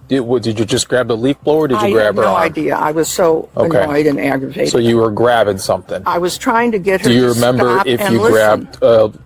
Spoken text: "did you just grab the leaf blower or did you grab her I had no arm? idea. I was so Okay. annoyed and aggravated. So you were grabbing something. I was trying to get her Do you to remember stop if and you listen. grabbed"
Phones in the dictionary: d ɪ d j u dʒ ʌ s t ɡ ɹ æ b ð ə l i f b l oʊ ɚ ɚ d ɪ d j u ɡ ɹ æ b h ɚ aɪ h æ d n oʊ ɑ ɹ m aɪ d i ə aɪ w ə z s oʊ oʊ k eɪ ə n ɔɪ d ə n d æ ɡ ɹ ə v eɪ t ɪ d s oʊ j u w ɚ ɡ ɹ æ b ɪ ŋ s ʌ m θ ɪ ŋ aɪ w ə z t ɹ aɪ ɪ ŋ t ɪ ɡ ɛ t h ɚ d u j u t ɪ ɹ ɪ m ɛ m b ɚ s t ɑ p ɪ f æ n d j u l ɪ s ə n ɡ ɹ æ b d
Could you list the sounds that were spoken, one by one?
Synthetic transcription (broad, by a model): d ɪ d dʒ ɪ dʒ ʌ s ɡ ɹ æ b ð ə l i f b l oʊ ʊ ɚ d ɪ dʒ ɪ ɡ ɹ æ b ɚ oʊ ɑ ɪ d i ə aɪ w ə z s oʊ oʊ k eɪ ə ɔɪ d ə n æ ɡ ɹ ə v eɪ ɪ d s oʊ j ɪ w ɚ ɡ ɹ æ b ɪ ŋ s ʌ m θ ɪ ŋ aɪ w ə z t ɹ aɪ ɪ ŋ t ɪ ɡ ɛ t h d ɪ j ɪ ɹ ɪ m ɛ m b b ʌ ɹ ɪ f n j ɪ l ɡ ɹ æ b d